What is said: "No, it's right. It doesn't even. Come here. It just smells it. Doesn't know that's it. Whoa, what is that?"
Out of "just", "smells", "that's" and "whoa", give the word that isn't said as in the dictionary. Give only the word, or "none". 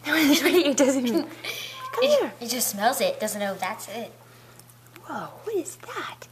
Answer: none